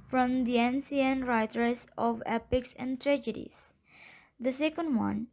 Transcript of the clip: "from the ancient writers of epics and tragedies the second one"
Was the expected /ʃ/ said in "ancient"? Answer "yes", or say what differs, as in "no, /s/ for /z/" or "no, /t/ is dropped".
no, /s/ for /ʃ/